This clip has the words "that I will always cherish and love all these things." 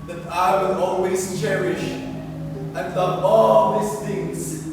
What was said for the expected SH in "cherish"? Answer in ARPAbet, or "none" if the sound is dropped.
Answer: SH